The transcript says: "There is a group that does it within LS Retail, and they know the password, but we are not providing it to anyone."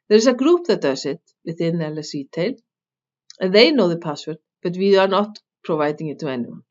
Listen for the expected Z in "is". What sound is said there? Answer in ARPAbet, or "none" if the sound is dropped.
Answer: S